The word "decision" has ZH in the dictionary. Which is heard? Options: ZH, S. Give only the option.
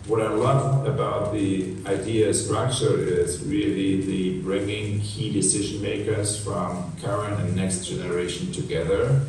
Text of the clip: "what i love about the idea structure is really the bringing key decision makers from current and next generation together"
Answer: ZH